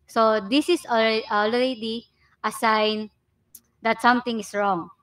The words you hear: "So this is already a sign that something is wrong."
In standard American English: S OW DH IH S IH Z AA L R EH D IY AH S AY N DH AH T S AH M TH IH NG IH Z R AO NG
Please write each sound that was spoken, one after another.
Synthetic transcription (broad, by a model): S OW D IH S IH S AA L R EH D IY AH S AY N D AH T S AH M T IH NG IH S R AO NG